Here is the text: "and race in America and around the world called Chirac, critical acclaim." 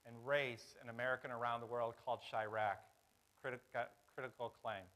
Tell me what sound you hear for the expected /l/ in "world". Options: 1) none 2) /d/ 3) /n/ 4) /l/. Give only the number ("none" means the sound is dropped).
4